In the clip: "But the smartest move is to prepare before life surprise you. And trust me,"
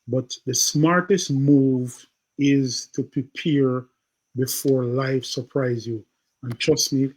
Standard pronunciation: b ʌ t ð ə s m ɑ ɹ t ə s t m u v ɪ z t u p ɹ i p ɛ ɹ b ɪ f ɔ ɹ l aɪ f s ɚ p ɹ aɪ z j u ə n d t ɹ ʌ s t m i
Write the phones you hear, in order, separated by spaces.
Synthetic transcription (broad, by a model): b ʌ t ð ə s m ɑ ɹ t ə s t m u v ɪ z t u p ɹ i p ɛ ɹ b ɪ f ɔ ɹ l aɪ f s ɚ p ɹ aɪ z j u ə n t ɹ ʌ s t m i